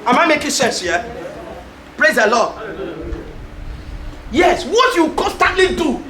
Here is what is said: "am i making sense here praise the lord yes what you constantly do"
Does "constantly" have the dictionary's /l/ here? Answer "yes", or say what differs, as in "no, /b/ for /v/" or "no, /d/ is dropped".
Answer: yes